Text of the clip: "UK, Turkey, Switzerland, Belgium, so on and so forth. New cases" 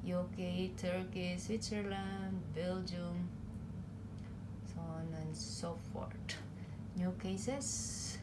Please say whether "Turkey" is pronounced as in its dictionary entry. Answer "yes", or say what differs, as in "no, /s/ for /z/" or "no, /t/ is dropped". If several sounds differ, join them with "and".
yes